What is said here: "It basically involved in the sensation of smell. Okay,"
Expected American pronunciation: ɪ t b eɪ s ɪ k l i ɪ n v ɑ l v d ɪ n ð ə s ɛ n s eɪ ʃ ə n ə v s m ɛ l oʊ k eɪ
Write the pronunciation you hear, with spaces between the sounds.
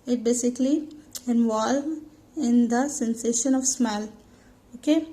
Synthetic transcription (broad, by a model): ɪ t b eɪ s ɪ k l i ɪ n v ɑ l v ɪ n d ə s ɛ n s eɪ ʃ ə n ə v s m ɛ l oʊ k eɪ